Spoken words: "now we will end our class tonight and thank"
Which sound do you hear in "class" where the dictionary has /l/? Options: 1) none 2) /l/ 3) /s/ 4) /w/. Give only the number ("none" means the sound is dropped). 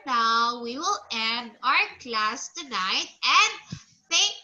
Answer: 2